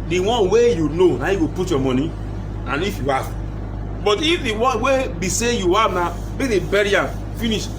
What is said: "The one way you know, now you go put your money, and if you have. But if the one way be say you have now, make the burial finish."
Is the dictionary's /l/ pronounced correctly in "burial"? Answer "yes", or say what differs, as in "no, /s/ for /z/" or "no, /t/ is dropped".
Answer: no, /n/ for /l/